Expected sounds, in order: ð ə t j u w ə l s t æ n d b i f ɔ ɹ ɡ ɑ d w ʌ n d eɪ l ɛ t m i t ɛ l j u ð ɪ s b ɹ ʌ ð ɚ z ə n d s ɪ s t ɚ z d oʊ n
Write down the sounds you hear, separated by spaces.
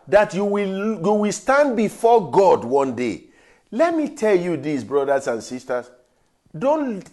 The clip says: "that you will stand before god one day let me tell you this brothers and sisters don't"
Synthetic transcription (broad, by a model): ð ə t j u w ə w s t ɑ n d b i f ɔ ɡ ɑ d w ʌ n d eɪ l ɛ t m i t ɛ l j u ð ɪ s b ɹ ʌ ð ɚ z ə n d s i s t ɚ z d oʊ n